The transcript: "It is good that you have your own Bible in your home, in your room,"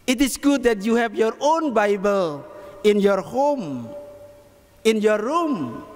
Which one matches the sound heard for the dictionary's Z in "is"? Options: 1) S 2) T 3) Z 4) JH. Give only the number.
1